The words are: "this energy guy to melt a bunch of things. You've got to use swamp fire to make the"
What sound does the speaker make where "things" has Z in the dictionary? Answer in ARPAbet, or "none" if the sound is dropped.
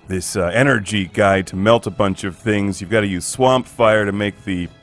Z